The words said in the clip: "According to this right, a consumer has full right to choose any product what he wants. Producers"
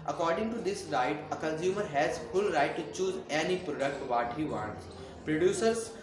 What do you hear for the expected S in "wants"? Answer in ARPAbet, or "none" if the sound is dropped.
none